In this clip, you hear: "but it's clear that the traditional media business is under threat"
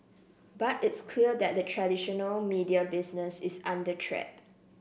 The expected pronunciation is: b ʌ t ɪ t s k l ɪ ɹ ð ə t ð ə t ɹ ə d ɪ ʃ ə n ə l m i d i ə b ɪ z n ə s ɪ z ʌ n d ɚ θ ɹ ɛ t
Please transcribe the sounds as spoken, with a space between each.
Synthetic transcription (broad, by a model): b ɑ t ɪ t s k l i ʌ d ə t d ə t ɹ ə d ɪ ʃ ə n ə l m i d i ə b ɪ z n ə s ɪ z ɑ n d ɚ t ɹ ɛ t